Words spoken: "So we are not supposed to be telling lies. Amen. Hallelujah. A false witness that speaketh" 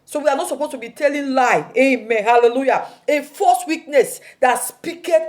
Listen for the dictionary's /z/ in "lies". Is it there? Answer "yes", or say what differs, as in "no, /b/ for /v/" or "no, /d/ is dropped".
no, /z/ is dropped